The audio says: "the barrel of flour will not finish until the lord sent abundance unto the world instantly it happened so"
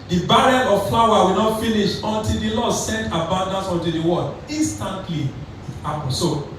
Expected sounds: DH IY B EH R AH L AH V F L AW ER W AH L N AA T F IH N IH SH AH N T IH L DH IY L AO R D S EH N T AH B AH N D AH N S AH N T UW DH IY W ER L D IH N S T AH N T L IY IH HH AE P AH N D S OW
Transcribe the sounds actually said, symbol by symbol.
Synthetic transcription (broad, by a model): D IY B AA R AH N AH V F L AW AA W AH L N AA T F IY N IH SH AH N T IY L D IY L AO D S EH N T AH B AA N D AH N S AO N T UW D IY W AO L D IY N S T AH N T L IY IH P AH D S OW